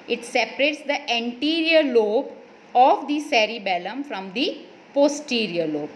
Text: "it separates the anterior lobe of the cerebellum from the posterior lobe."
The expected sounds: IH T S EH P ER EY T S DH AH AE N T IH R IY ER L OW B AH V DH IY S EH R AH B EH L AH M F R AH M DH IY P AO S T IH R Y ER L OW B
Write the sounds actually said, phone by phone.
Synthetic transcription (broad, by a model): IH T S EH P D EY T S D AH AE N T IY R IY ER L OW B AH V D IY S EH R AH B EH L AH M F R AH M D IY P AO S T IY R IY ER L OW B